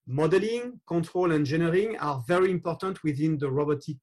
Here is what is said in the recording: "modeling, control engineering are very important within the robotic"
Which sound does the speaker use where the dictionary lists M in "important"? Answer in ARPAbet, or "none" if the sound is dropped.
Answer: M